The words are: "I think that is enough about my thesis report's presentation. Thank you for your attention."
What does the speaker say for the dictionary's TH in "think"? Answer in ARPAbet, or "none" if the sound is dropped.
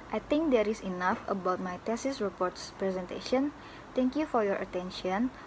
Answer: T